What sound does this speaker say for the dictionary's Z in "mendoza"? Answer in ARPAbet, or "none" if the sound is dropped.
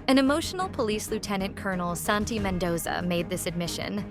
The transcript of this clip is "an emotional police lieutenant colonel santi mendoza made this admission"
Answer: Z